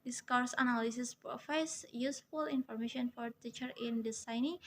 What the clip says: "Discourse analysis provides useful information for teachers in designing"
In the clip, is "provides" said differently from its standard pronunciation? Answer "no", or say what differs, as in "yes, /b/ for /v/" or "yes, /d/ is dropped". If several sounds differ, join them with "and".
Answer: yes, /f/ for /v/